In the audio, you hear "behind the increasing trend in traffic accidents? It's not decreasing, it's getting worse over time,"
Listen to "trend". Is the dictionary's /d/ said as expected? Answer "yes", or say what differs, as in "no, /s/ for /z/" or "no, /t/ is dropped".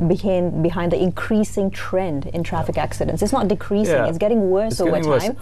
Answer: yes